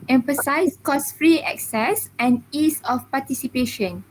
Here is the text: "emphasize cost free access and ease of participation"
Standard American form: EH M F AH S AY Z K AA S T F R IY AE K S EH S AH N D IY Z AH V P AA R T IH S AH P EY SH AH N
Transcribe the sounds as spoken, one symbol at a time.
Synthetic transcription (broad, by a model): EH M F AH S AY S K AA S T F R IY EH K S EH S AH N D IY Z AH F P AA T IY S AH P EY SH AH N